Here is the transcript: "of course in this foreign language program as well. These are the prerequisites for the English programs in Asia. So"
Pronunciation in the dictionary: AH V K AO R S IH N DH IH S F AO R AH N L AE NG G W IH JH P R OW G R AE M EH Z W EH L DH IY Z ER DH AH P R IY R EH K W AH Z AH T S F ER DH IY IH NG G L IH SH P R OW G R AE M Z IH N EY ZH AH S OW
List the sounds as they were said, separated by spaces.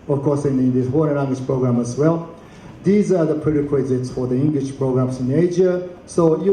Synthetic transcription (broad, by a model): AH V K AO R S IH N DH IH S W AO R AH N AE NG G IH SH P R OW G R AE M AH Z W EH L DH IY Z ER DH AH P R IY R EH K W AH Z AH T S F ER DH IY IH NG G L IH SH P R OW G R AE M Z IH N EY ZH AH S OW